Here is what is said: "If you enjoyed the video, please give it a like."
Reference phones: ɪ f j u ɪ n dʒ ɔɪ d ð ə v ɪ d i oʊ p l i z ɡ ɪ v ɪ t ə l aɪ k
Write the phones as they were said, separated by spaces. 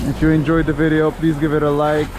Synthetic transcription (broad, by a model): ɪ f j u ɪ n dʒ ɔɪ d ð ə v ɪ d i oʊ p l i z ɡ ɪ v ɪ t ə l aɪ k